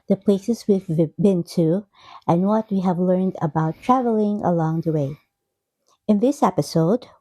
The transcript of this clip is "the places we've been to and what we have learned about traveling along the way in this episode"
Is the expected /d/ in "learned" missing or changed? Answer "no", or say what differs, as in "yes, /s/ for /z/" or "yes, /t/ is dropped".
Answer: no